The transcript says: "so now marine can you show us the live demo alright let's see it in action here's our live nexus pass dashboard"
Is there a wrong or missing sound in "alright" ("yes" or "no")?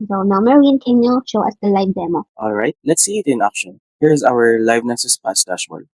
no